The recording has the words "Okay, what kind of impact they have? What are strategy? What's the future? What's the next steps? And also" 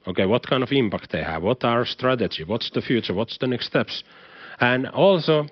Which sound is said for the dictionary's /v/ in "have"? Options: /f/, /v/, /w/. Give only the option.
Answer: /v/